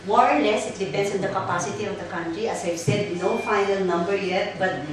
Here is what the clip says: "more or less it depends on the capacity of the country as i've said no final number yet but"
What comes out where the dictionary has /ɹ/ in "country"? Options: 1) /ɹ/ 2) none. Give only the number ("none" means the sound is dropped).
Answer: 1